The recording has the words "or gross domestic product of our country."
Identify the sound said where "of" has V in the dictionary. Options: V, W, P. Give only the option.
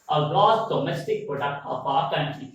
P